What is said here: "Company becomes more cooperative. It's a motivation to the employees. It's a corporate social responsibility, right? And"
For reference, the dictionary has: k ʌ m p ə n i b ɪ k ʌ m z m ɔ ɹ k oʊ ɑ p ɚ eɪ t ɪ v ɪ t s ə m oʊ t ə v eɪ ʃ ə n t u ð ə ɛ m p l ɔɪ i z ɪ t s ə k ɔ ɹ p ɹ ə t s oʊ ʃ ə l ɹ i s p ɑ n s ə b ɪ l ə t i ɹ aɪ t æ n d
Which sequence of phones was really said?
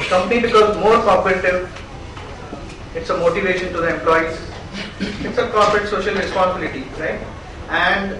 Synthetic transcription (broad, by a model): k ʌ m p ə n i b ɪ k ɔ z m ɔ ɹ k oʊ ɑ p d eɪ t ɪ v ɪ t s ə m oʊ t ə v eɪ ʃ ə n t u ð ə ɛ m p l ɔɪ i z ɪ t s ə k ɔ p ɹ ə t s oʊ ʃ ə l ɹ i s p ɑ n s ə b ɪ l ə t i ɹ aɪ t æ n d